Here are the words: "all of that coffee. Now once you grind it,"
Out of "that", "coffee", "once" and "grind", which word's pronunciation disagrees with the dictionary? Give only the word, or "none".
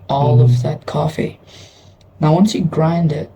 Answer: none